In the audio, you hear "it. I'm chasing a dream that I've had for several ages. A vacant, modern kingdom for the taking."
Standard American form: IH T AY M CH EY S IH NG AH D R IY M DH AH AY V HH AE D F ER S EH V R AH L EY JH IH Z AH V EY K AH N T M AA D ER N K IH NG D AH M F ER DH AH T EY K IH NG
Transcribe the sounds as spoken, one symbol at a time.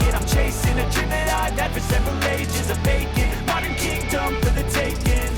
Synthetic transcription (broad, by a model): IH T AY M CH EY S IH NG AH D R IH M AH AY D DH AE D F ER S EH V R AH L EY JH IH Z AH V EY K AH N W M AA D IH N K IH NG D AH M F ER DH AH T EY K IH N